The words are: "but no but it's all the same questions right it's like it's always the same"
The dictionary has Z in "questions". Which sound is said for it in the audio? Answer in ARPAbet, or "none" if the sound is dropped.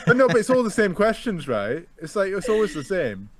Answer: Z